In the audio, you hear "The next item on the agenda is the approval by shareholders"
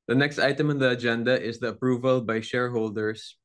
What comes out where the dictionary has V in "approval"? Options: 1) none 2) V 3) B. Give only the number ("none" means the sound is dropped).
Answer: 2